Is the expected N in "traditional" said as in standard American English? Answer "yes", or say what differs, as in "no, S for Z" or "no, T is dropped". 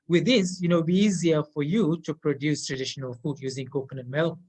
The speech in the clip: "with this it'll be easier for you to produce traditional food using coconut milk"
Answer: yes